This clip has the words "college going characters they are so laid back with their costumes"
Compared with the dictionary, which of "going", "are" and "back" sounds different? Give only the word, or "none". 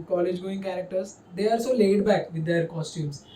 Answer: are